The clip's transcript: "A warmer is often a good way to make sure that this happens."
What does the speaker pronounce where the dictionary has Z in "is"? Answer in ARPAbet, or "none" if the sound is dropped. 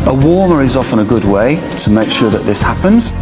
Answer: Z